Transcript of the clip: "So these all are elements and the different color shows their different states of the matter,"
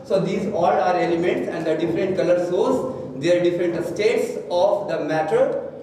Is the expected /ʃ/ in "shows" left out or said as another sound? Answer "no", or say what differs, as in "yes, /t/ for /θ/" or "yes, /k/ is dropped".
yes, /s/ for /ʃ/